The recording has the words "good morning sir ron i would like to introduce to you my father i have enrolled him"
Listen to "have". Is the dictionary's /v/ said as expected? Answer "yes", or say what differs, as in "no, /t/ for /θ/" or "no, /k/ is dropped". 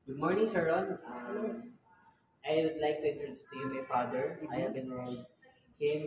no, /b/ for /v/